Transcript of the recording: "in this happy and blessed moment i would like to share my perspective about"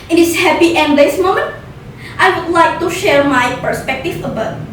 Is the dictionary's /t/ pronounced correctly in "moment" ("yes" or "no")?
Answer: yes